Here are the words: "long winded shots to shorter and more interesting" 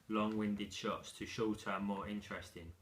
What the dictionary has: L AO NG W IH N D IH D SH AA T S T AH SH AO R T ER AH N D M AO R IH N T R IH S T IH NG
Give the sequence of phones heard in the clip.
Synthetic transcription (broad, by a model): L AO NG W IH N D IH D SH AA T S T AH SH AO L T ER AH M AO R IH N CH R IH S T IH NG